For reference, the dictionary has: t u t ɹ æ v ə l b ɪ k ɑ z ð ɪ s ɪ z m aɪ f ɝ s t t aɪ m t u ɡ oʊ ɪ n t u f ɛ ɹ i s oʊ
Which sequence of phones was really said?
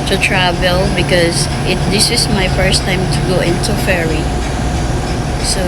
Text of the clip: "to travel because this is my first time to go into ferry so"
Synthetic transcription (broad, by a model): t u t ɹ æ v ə l b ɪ k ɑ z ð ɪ s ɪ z m aɪ f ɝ s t t aɪ m t u ɡ oʊ ɪ n t u f ɛ ɹ i s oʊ